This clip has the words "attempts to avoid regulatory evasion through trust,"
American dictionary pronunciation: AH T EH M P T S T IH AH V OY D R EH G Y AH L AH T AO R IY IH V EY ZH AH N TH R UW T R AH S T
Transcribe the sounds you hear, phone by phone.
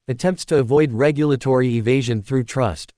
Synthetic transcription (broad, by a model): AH T EH M P T S T IH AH V OY D R EH G Y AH L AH T AO R IY IH V EY ZH AH N TH R UW T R AH S T